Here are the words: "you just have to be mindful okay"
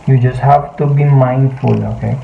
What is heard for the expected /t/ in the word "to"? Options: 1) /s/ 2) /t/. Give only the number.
2